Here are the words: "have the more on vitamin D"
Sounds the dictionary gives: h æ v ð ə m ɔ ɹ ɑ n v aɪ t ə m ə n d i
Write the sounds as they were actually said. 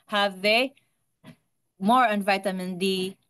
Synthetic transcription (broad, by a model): h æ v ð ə m ɔ ɹ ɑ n v aɪ t ə m ə n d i